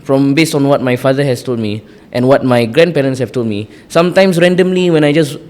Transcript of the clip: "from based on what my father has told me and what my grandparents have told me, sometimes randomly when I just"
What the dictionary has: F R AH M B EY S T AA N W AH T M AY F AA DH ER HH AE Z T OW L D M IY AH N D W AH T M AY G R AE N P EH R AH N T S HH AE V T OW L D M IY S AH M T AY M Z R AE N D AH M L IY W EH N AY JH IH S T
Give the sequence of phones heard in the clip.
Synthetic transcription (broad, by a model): F R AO M B EY S T AA N W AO T M AY F AA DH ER HH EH S T OW L D M IY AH N W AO T M AY G R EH N P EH R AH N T S HH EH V T OW L D M IY S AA M T AY M S R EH N D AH M L IY W EH N AY JH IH S